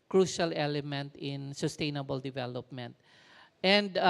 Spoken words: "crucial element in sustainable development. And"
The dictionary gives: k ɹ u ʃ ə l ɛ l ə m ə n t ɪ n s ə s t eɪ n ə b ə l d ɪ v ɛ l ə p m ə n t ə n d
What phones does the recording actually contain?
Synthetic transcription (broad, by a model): k ɹ u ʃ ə l ɛ l ə m ə n t ɪ n s ə s t eɪ n ə b ə l d ɪ v ɛ l ə p m ə n t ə n d